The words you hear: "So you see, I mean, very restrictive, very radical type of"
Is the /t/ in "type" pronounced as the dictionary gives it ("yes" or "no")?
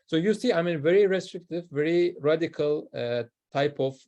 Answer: yes